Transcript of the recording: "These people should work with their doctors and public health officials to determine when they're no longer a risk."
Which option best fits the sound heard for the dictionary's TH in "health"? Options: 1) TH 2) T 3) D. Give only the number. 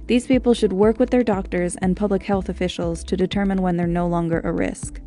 1